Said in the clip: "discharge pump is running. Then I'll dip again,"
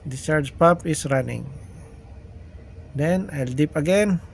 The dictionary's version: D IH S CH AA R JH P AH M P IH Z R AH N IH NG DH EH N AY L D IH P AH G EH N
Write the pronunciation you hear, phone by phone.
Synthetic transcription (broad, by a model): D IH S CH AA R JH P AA P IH S R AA N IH NG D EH N AY L D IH P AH G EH N